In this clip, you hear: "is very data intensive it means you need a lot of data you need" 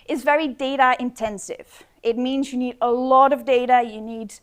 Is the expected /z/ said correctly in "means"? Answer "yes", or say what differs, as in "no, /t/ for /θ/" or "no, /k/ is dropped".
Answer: yes